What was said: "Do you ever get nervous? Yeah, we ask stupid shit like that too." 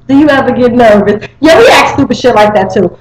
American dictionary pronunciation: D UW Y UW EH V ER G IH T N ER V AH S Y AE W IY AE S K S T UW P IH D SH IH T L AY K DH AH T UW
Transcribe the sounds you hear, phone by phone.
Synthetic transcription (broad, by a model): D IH Y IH EH V ER G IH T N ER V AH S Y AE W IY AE K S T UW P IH SH IH T L AY K DH AH T UW